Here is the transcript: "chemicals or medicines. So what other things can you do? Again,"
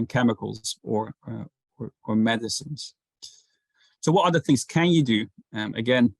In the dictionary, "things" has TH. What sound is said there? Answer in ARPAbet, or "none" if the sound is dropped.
TH